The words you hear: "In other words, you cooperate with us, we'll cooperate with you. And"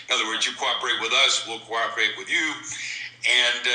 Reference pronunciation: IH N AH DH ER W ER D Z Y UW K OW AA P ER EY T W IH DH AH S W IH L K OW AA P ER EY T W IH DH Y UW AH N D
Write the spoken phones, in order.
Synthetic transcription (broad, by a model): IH N AH DH ER W ER D Z Y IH K OW AA P ER EY T W IH DH AH S W IH L K OW AA P ER EY T W IH DH Y UW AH N